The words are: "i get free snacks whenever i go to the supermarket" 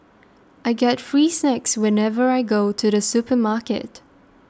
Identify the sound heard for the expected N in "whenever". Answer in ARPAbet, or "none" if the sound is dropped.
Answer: N